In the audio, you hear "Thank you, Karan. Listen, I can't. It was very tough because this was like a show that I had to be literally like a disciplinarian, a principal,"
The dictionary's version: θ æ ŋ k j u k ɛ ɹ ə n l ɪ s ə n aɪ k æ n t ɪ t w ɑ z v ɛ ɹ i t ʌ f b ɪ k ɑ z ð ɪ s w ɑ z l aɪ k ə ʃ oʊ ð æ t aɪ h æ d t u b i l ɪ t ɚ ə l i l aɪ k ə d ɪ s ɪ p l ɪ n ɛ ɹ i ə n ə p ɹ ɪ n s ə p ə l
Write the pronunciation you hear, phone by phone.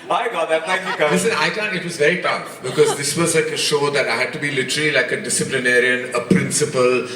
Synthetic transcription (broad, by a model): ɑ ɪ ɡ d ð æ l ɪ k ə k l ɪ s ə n aɪ k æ n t ɪ t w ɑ z v ɛ ɹ i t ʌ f b ɪ k ɑ z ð ɪ s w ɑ z l aɪ k ə ʃ oʊ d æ t aɪ h æ d t u b i l ɪ t ɚ ə l i l aɪ k ə d ɪ s ɪ p l ɪ n ɛ ɹ i ə n ə p ɹ ɪ n s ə p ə l